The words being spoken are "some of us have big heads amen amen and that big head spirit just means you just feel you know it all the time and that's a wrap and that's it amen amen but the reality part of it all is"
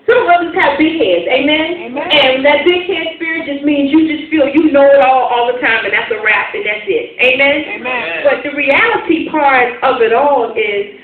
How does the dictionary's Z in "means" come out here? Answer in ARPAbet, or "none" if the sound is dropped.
Z